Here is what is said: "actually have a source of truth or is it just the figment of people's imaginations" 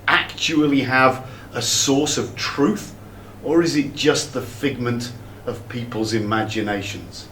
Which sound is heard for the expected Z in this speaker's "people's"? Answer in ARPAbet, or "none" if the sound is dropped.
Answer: Z